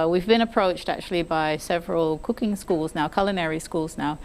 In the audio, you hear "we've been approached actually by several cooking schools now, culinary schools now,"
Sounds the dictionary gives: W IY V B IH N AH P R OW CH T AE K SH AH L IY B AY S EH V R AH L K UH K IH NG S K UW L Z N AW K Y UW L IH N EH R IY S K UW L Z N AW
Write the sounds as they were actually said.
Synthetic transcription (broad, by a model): W IY V B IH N AH P R OW CH T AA K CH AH L IY B AY S EH V R AH L K UH K IH NG S K UW L Z N AW K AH L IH N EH R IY S K UW L Z N AW